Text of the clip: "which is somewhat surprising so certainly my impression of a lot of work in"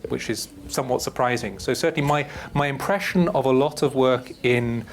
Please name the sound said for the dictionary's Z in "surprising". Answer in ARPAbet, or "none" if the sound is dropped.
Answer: Z